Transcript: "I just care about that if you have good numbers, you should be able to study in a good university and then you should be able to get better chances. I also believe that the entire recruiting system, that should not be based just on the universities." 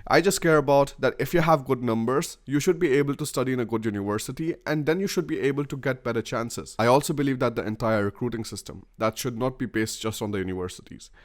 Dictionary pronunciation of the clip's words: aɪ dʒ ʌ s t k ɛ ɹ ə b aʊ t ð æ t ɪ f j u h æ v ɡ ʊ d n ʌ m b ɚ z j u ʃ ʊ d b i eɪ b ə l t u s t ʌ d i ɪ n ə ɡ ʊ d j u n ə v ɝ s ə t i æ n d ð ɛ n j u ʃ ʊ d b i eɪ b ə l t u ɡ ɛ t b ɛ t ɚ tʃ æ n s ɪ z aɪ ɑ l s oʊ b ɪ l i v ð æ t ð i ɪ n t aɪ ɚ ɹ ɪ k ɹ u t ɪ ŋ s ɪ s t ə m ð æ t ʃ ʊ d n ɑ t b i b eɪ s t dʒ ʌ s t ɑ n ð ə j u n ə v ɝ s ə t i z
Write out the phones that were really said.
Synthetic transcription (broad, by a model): aɪ dʒ ʌ s t k ɛ ɹ ə b aʊ t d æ t ɪ f j u h æ v ɡ ʊ d n ʌ m b ɚ z j u ʃ ʊ d b i eɪ b ə l t u s t ʌ d i ɪ n ə ɡ ʊ d j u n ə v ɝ s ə t i æ n d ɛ n j u ʃ ʊ d b i eɪ b ə l t u ɡ ɛ t b ɛ t ɚ tʃ æ n s ɪ z aɪ ɑ l s oʊ b ɪ l i v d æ t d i ɪ n t aɪ ɚ ɹ ɪ k ɹ u t ɪ ŋ s ɪ s t ə m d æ t ʃ ʊ d n ɑ t b i b eɪ s t dʒ ʌ s t ɑ n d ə j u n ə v ɝ s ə t i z